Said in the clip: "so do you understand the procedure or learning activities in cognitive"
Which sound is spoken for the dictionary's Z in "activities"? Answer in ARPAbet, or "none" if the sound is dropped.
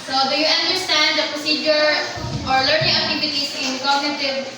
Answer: S